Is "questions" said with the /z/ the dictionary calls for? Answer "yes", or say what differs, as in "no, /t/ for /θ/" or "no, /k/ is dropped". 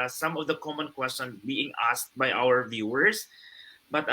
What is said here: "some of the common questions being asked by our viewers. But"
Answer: no, /z/ is dropped